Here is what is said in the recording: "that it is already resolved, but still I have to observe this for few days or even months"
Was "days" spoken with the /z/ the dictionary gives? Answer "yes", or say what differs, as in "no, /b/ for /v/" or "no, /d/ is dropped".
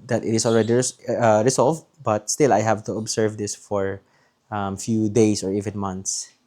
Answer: no, /s/ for /z/